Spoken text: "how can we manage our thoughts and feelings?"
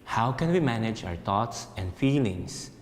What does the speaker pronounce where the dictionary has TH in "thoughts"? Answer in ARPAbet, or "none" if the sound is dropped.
T